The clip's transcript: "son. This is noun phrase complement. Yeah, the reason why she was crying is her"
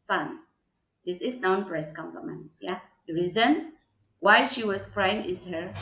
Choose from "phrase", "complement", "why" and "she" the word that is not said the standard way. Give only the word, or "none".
phrase